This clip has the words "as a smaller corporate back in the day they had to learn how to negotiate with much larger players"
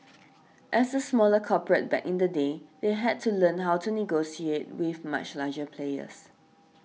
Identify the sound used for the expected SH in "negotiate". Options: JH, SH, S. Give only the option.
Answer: S